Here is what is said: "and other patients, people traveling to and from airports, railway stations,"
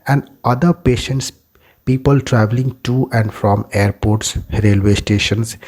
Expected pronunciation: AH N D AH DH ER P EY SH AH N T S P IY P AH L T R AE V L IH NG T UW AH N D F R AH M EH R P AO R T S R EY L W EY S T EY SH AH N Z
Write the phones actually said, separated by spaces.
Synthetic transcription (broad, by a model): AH N D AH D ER P EY SH AH N T S P IY P AH L T R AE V L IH NG T UW AH N D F R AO M EH R P AO R T S R EY L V EY S T EY SH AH N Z